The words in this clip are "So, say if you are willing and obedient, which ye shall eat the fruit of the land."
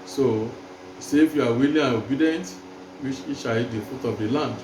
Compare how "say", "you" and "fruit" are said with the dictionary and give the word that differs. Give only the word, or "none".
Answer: fruit